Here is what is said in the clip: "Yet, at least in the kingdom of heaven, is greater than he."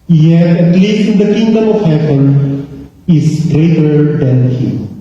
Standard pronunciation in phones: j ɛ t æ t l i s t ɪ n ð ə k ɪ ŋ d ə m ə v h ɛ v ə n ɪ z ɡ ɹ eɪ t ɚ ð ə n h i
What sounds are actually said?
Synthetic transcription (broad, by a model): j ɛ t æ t l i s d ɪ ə k ɪ ŋ d ə m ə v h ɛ p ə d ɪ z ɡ ɹ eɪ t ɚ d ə n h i